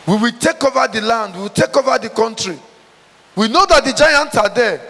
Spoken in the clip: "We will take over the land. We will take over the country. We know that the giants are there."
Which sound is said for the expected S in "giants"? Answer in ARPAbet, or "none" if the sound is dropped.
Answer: none